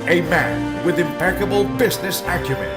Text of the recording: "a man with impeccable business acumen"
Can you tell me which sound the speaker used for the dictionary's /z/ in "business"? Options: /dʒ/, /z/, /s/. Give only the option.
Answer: /z/